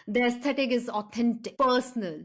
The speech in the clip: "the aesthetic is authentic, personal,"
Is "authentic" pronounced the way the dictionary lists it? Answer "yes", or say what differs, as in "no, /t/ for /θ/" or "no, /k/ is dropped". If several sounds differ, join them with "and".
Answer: no, /t/ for /θ/